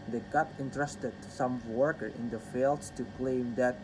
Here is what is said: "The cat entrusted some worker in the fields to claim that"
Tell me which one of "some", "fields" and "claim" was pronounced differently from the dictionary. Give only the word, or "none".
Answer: fields